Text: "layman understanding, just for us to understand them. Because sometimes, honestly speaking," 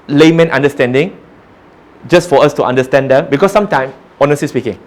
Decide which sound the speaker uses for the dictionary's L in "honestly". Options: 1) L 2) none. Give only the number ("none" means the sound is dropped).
2